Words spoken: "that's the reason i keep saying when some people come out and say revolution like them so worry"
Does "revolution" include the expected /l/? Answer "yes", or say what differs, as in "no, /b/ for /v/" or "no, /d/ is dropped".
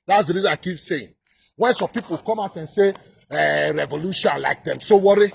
yes